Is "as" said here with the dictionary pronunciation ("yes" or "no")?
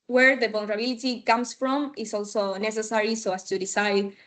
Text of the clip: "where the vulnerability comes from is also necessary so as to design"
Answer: no